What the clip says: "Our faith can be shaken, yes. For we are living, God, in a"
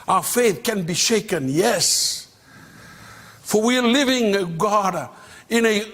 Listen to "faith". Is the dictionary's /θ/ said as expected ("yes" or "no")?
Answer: yes